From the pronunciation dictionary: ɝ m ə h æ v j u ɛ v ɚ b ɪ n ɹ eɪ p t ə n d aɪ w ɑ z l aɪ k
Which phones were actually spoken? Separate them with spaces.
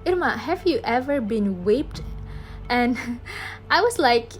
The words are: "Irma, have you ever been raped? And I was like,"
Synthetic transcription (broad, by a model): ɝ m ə h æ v j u ɛ v ɚ b ɪ n w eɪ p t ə n aɪ w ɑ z l aɪ k